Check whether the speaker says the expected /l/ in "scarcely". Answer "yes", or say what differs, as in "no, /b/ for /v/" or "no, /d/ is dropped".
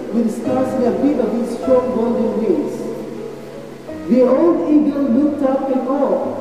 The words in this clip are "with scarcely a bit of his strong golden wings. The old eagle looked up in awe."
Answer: no, /l/ is dropped